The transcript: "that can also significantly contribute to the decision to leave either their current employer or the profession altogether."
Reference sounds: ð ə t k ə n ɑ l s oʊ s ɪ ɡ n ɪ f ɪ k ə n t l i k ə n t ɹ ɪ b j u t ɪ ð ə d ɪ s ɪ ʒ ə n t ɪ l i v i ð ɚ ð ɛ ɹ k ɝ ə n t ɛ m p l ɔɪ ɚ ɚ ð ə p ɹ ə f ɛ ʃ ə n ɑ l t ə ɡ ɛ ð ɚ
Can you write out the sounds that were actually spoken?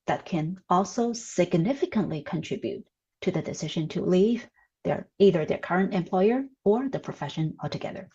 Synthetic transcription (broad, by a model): ð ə t k ə n ɑ l s oʊ s ɪ ɡ n ɪ f ɪ k ə n t l i k ə n t ɹ ɪ b j u t ɪ ð ə d ɪ s ɪ ʒ ə n t ɪ l i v i ð ɚ ð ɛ ɹ k ɝ ə n t ɛ m p l ɔɪ ɚ ɚ ð ə p ɹ ə f ɛ ʃ ə n ɑ l t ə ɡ ɛ ð ɚ